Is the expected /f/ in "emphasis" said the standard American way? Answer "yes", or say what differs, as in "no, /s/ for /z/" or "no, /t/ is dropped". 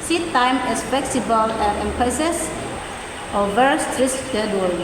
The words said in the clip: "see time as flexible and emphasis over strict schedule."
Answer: no, /p/ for /f/